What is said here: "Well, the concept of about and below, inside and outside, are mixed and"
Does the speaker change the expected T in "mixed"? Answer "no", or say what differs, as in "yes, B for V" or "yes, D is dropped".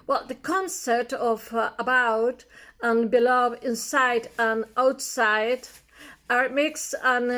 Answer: yes, T is dropped